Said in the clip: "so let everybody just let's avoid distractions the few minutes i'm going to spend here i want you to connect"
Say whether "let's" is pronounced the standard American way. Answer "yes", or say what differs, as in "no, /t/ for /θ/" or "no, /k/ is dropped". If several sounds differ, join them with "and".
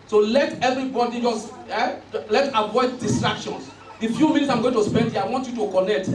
no, /s/ is dropped